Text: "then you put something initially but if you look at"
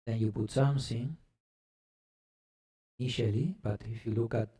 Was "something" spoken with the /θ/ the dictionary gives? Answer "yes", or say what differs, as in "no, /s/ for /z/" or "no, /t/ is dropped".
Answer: no, /s/ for /θ/